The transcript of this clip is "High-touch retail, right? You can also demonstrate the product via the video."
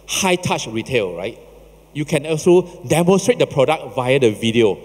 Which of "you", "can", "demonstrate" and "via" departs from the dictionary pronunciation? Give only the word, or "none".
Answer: none